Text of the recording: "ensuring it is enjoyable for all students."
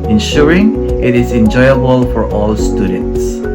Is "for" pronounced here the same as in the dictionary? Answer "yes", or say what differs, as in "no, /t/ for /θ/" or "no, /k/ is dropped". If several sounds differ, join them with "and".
yes